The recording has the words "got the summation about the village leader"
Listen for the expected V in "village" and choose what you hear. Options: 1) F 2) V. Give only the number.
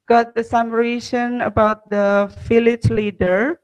1